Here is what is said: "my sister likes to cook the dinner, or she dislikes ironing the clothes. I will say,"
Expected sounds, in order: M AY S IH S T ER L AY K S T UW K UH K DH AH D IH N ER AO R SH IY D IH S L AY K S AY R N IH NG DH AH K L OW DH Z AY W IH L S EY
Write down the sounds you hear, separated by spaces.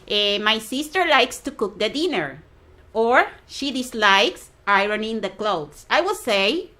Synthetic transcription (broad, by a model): M AY S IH S T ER L AY K S T UW K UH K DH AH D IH N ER AO R SH IY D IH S L AY K S AY R N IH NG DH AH K L OW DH S AY W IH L S EY